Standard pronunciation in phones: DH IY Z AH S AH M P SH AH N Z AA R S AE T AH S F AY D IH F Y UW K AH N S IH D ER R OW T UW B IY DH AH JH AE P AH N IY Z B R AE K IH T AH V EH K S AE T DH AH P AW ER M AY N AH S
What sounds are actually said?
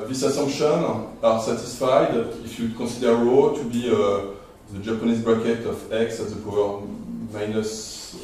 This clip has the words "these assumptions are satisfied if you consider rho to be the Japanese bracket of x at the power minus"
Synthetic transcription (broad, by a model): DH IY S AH S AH M P SH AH N AA R S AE T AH S F AY D IH F Y UW K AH S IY D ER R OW T UW B IY DH AH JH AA P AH N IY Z B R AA K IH T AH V EH K S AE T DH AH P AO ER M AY N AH S